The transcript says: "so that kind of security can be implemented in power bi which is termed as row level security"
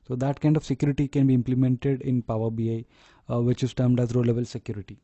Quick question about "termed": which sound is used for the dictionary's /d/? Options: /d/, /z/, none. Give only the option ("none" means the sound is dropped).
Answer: /d/